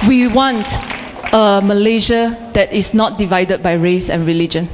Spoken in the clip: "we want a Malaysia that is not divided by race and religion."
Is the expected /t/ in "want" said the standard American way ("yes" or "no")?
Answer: yes